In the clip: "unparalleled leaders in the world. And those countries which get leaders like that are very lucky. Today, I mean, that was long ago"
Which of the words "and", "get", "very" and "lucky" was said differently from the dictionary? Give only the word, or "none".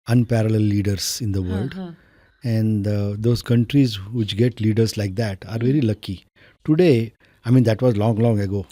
none